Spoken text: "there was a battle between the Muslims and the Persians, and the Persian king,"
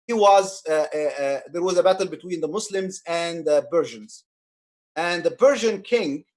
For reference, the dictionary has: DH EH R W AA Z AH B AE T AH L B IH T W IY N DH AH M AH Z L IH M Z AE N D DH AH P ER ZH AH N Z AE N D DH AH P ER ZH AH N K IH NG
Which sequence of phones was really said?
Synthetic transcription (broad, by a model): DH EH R W AA Z AH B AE T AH L B IH T W IY N DH AH M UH S L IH M Z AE N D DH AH B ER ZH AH N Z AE N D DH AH B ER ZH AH N K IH NG